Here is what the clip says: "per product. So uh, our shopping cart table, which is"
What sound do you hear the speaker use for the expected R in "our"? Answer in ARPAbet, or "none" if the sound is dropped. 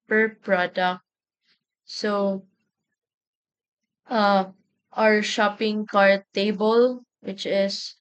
R